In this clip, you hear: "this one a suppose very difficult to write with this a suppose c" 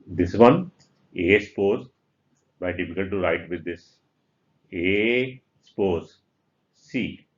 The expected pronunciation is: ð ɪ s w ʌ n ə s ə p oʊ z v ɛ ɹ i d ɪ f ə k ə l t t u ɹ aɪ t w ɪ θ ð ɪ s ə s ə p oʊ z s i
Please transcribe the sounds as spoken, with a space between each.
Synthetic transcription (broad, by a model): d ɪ s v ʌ n ə s p oʊ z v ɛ i d ɪ f ə k ə l t t u ɹ aɪ t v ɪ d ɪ s ə s p oʊ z s i